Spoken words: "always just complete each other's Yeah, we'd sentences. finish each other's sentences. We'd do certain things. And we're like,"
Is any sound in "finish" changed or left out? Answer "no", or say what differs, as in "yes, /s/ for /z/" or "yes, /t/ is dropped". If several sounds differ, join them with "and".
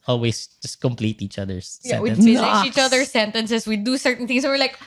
yes, /ʃ/ is dropped